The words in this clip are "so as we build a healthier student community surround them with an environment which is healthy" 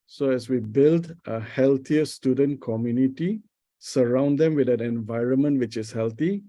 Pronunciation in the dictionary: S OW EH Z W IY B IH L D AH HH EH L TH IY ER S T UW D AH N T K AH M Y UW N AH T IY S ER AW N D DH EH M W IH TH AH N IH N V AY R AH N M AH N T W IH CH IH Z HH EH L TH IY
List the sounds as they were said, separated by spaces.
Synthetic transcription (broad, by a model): S OW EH S W IY B IH L D AH HH EH L T IY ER S T UW D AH N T K AH M Y UW N AH T IY S ER AW N D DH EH M W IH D AH N IH N V AY R AH N M AH N T W IH CH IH S HH EH L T IY